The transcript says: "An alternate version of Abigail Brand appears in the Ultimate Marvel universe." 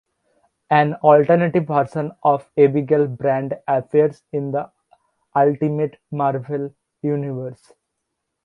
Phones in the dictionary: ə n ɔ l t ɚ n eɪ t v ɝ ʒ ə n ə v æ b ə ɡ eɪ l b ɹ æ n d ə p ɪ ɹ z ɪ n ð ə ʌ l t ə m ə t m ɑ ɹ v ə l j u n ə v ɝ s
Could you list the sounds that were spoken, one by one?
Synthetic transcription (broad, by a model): ə n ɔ l t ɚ n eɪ t v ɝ s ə n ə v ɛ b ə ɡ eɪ l b ɹ æ n d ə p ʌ ɹ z ɪ n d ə ʌ l t ə m ə t m ɑ ɹ v ə l j u n ə v ɝ s